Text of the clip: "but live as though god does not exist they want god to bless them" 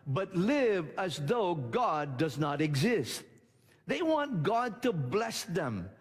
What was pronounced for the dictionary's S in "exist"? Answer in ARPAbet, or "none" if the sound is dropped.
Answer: S